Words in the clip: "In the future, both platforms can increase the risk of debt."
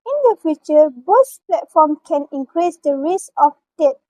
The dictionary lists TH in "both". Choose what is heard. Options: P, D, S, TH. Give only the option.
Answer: S